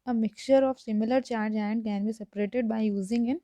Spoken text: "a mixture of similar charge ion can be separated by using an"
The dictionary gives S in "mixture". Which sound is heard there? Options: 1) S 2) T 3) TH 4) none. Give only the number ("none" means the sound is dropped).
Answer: 4